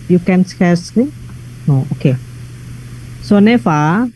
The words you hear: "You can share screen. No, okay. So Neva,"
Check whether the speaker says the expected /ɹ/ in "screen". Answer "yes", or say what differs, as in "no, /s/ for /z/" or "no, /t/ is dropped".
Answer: no, /ɹ/ is dropped